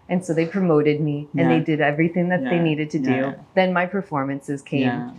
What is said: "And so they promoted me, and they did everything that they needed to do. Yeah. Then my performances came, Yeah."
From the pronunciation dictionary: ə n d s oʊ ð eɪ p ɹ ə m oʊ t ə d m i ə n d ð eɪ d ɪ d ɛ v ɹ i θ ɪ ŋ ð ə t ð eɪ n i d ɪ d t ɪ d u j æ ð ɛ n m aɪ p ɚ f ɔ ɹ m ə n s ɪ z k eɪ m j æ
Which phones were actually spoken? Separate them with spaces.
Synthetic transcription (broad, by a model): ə n s oʊ ð eɪ p ɹ ə m oʊ t ə d m i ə n ð eɪ d ɪ d ɛ v ɹ i θ ɪ ŋ ð ə t ð eɪ n i d ɪ d t ɪ d u ð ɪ n m aɪ p ɚ f ɔ ɹ m ə n s ɪ z k eɪ m